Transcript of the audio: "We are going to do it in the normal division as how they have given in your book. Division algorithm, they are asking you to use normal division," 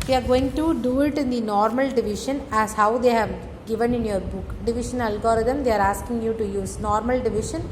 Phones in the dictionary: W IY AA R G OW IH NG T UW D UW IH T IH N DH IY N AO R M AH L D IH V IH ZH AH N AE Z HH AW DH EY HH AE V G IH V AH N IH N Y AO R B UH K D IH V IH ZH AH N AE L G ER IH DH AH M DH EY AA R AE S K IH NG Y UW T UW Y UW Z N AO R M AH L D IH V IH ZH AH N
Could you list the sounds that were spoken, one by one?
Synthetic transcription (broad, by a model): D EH AA R G OW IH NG T UW D UW IH T IH N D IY N AO R M AH L D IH V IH SH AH N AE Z HH AW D EY HH AE V G IH V AH N IH N Y AO R B UH K D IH V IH SH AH N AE L G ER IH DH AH M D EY AA R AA S K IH NG Y UW T UW Y UW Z N AO R M AH L D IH V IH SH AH N